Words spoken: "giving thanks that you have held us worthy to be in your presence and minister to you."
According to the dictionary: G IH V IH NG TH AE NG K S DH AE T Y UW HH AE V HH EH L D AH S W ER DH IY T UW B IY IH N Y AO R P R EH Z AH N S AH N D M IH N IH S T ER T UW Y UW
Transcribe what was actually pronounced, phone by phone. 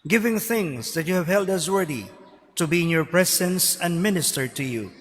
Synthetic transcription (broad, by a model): G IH V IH NG TH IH NG S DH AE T Y UW HH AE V HH EH L D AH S W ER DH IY T UW B IY IH N Y AO R P R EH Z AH N S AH N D M IH N IH S T ER T UW Y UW